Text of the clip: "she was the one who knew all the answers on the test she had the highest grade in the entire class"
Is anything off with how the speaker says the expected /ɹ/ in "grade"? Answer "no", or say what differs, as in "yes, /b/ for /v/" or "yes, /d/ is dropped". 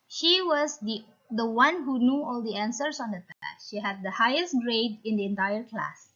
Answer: no